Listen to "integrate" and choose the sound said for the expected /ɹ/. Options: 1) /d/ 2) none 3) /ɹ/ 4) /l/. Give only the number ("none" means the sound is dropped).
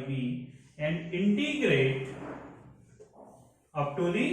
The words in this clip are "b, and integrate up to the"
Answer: 3